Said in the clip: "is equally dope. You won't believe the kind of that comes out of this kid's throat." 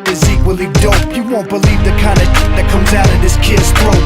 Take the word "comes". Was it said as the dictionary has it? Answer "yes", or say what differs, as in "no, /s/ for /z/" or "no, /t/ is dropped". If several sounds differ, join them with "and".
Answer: yes